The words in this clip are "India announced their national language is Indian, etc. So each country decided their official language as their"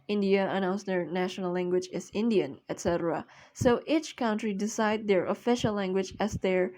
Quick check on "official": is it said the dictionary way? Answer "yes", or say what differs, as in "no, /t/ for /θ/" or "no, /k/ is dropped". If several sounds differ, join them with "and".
yes